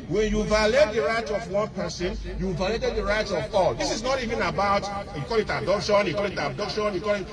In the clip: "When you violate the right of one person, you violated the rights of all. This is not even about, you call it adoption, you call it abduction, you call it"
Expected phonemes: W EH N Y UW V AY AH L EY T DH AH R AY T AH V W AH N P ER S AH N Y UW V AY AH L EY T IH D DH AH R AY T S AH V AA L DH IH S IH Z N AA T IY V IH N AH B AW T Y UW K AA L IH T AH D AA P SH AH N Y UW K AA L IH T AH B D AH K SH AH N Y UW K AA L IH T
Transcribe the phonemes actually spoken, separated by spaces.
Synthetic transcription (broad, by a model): W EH N Y UW V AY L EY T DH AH R AY T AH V W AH N P ER S AH N Y UW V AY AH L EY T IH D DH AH R AY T AH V AA L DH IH S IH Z N AA T IY V IH N AH B AW T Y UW K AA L IH T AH D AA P SH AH N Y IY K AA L IH T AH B D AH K SH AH N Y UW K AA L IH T